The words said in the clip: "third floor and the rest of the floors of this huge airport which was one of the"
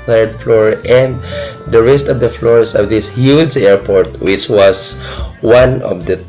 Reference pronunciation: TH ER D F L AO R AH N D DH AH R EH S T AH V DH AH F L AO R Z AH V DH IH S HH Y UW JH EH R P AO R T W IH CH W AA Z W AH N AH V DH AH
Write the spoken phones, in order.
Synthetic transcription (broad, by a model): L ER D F L AO R AH N D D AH R EH S T AH V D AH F L AO R S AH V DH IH S HH Y UW JH EH R P AO R T W IH CH W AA S W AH N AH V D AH